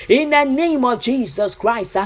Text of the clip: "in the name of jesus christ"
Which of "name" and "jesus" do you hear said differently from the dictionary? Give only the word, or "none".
none